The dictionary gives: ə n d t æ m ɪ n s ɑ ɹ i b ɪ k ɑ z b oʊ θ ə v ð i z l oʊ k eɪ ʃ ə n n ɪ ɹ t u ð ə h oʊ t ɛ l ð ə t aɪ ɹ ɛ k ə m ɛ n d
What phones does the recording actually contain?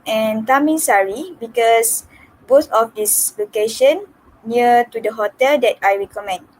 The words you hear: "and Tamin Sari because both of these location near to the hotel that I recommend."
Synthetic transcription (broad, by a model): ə n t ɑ m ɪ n s ɑ ɹ i b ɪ k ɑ s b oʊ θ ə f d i s l oʊ k eɪ ʃ ə n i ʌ t u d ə h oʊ t ɛ l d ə t aɪ ɹ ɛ k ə m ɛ n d